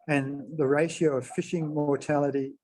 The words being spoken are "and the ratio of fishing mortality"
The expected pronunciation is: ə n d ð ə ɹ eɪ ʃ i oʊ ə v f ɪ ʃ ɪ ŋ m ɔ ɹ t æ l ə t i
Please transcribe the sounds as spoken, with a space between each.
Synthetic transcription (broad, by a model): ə n ð ə ɹ eɪ ʃ i oʊ ə v f ɪ ʃ ɪ ŋ m ɔ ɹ t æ l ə t i